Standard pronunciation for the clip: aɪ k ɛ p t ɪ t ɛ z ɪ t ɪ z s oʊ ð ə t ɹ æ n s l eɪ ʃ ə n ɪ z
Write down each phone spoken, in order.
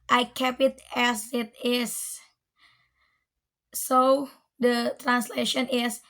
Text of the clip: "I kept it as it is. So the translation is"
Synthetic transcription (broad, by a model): aɪ k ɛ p ɪ t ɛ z ɪ t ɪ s s oʊ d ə t ɹ æ n s l eɪ ʃ ə n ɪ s